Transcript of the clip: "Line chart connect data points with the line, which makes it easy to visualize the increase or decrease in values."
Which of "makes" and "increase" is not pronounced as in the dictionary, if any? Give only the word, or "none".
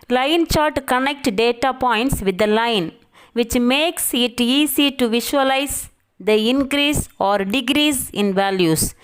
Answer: none